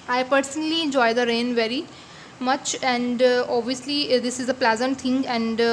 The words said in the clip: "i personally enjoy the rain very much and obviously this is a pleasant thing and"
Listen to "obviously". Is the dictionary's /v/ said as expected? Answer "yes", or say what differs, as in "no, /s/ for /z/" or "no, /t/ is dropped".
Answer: yes